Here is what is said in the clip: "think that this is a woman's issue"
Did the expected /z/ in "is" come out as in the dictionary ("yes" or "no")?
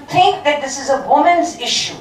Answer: yes